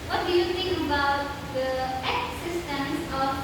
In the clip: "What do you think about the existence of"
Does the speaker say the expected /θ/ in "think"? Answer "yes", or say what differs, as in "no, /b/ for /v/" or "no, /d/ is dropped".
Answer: no, /t/ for /θ/